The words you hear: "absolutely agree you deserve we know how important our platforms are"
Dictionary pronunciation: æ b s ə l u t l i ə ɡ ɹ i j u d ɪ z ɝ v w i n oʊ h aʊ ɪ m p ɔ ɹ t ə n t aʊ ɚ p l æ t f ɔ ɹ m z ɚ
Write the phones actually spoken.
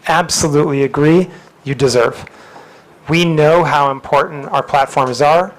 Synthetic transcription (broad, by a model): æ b s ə l u t l i ə ɡ ɹ i j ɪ d ɪ z ɝ v w i n oʊ h aʊ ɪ m p ɔ ɹ t n t aʊ ɚ p l æ t f ɔ ɹ m z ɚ